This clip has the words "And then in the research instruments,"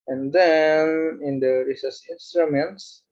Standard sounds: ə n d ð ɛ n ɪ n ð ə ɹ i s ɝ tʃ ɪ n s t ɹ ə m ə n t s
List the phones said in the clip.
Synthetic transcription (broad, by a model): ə n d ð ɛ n ɪ n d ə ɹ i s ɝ s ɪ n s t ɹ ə m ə n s